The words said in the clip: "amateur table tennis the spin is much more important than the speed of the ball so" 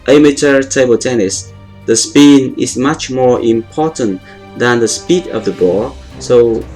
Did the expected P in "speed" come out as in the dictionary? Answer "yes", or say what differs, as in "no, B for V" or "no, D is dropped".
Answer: yes